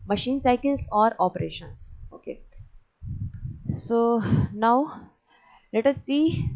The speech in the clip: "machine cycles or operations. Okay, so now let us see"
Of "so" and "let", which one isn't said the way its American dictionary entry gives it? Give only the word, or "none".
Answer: none